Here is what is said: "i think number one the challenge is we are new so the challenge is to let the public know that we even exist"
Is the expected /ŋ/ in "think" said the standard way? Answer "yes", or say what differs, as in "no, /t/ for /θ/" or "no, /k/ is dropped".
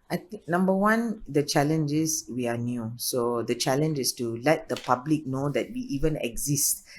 no, /ŋ/ is dropped